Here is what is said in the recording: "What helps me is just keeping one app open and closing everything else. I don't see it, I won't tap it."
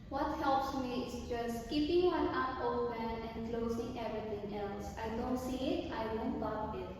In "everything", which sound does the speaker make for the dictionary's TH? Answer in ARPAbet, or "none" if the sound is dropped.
T